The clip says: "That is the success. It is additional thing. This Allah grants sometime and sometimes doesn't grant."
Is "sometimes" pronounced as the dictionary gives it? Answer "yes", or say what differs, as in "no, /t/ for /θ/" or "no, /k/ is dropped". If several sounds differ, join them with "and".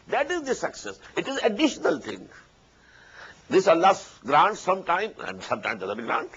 no, /z/ is dropped